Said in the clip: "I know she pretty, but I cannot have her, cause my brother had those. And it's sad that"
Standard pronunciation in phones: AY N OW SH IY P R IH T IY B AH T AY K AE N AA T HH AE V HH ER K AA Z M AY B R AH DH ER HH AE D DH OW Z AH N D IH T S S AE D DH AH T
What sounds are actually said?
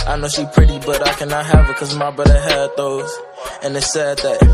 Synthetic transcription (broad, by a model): AY N OW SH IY P R IH T IY B AH T AY K AE N AA T HH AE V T K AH Z M AY B AH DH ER HH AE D DH OW Z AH N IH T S S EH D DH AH T